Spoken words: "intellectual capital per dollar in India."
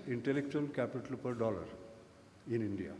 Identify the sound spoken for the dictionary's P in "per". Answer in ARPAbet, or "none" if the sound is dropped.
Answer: P